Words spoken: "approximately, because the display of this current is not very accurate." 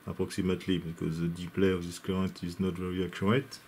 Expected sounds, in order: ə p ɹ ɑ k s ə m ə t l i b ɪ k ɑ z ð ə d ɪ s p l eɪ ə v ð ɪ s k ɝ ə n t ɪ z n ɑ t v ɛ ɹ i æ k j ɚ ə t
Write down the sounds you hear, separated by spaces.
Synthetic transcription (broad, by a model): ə p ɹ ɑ k s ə m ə t l i b ɪ k ɑ z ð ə d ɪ p l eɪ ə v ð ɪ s k ɝ ə n t ɪ z n ɑ t v ɛ ɹ i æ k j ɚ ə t